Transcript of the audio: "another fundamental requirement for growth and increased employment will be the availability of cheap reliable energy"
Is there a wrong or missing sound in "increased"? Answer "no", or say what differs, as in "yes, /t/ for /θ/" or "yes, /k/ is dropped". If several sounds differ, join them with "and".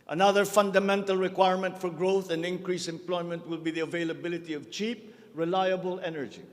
yes, /t/ is dropped